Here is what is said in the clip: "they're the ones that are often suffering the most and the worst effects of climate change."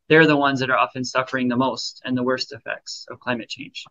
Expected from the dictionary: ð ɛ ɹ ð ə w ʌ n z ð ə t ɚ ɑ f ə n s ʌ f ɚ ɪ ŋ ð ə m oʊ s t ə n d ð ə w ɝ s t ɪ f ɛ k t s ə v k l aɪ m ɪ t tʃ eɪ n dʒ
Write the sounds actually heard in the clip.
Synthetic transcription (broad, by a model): ð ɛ ɹ ð ə w ʌ n z ð ə t ɚ ɑ f ə n s ʌ f ɚ ɪ ŋ ð ə m oʊ s t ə n ð ə w ɝ s t ɪ f ɛ k t s ə v k l aɪ m ɪ t tʃ eɪ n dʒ